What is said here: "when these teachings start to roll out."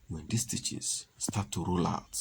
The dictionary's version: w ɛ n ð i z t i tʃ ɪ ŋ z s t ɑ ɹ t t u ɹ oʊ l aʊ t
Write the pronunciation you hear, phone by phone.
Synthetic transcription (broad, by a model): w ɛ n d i s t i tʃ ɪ z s t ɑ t t u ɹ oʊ l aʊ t